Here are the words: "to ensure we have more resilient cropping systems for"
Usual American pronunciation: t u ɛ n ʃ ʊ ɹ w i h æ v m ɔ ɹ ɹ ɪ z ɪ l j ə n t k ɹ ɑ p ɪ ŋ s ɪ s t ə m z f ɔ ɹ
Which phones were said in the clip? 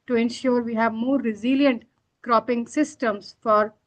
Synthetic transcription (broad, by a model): t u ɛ n ʃ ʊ ɹ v i h æ v m ɔ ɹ ɹ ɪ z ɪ l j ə n t k ɹ ɑ p ɪ ŋ s ɪ s t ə m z f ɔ ɹ